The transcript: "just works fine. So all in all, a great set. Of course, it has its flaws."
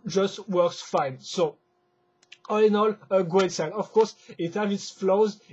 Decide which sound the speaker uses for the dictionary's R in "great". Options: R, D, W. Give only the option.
W